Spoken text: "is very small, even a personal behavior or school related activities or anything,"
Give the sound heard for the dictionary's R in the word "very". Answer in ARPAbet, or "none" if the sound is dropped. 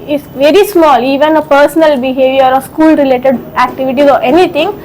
R